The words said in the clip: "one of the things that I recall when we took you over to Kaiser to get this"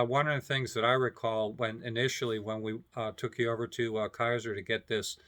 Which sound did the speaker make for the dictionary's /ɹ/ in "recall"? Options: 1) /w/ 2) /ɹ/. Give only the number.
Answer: 2